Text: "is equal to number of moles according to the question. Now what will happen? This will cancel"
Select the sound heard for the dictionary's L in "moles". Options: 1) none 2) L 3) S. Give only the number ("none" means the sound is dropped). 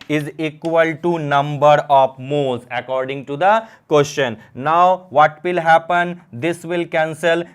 1